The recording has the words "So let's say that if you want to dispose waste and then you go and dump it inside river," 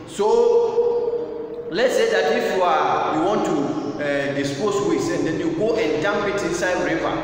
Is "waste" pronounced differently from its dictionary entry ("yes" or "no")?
yes